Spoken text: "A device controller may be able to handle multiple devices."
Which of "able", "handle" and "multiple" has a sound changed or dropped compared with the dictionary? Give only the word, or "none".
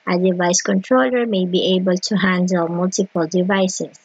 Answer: none